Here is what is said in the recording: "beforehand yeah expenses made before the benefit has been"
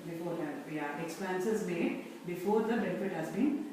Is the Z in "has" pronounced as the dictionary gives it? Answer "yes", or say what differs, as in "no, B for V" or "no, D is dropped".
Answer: yes